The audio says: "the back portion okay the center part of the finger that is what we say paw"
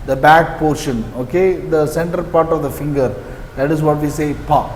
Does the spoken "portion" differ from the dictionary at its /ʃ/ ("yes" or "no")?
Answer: no